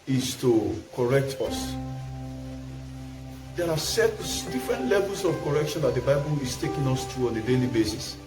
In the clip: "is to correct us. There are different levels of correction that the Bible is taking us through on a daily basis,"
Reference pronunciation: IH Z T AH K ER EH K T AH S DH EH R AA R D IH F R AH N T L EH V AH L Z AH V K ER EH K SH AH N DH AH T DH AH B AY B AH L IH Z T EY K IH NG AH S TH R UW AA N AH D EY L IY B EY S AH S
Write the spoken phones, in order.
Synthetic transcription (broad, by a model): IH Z T AH K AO EH K T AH S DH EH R AA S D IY F R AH N T L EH V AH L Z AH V K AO EH K SH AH N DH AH T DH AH B AY B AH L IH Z T EY K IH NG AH S T R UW AA N AH D EY L IY B EY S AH S